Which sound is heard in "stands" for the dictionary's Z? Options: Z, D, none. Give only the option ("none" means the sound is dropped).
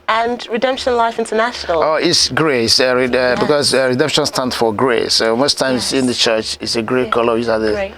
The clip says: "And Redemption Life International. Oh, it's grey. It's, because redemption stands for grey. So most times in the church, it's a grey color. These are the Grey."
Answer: none